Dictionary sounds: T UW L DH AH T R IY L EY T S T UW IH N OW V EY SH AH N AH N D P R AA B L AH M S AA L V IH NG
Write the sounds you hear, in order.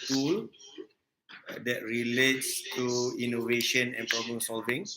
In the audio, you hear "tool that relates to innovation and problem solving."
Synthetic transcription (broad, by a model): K UW L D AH T R IY L EY T S T UW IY N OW V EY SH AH N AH N P R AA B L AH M S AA L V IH NG